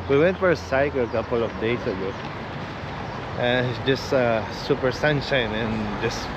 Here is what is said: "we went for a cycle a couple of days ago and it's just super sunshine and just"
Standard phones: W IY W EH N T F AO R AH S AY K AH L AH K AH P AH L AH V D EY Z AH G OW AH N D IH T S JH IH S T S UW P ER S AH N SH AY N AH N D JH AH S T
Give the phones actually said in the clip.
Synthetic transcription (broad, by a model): W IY W EH N T F AO R AH S AY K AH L AH K AH P AH L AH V D EY S AH G OW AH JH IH S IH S S UW P ER S AH N SH AY N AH N JH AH S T